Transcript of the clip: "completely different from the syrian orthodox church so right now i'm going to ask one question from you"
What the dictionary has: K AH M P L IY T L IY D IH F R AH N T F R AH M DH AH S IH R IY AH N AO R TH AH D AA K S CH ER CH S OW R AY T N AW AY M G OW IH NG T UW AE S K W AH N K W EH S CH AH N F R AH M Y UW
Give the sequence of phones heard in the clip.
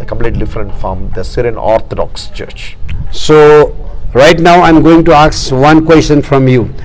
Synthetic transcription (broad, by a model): K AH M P L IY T D IH F R AH N T F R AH M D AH S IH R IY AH N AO R T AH D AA K S CH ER CH S OW R AY T N AW AY M G OW IH NG T UW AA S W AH N K W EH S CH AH N F R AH M Y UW